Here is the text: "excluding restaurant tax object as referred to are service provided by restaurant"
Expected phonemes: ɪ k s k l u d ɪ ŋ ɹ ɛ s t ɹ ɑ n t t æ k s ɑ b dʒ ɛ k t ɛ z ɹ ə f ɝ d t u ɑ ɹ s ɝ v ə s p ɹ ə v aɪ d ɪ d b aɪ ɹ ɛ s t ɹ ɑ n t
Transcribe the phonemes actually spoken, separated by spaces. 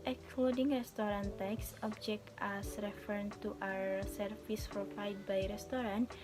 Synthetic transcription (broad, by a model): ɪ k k l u d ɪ ŋ ɹ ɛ s t ɹ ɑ n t t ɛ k s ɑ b dʒ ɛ k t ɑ s ɹ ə f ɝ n t u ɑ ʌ s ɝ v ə s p ɹ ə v aɪ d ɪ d b aɪ ɹ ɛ s t ɹ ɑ n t